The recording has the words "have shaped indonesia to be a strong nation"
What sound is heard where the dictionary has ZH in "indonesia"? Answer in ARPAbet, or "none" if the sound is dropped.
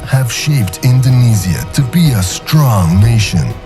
Z